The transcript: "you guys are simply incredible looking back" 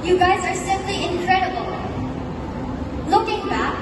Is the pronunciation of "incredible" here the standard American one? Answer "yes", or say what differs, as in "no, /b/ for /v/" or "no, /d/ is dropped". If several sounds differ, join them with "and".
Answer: yes